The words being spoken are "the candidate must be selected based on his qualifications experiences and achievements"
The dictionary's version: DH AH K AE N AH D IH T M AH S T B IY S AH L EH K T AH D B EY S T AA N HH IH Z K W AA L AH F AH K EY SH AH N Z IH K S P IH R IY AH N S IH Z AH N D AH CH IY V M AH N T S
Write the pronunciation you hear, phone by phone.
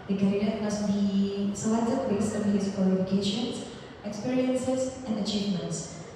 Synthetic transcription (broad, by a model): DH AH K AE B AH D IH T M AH S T B IY S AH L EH T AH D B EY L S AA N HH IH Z K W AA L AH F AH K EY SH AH N S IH K S P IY R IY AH N S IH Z AH N D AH CH IY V M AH N T S